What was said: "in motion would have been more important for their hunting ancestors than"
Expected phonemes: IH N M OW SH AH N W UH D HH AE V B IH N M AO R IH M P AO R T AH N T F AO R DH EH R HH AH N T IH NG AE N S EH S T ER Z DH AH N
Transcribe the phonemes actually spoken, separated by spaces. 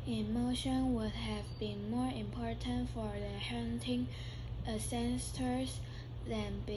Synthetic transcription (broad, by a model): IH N M OW SH AH N W UH D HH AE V B IH N M AO R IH M P AO R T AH N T F AO R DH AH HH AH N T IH NG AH S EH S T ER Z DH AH N